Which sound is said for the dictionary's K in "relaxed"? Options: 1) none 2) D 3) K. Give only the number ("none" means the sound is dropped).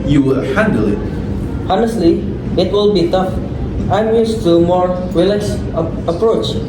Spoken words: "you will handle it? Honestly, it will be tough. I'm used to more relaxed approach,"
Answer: 1